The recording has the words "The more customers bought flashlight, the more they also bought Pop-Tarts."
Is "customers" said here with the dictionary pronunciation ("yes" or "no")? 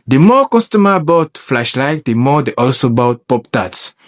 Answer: no